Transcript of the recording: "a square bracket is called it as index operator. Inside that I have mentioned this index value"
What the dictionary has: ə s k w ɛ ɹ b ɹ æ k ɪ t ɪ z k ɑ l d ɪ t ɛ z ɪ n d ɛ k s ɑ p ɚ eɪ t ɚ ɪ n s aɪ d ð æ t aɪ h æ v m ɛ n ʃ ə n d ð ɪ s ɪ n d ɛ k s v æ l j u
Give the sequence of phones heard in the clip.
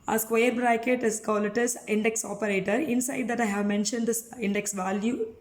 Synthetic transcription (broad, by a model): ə s k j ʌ ɹ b ɹ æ k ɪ t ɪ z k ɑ l ɪ t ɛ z ɪ n d ɛ k s ɑ p ɚ eɪ t ɚ ɪ n s aɪ d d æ t aɪ h æ v m ɛ n ʃ ə n d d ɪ s ɪ n d ɛ k s v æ l j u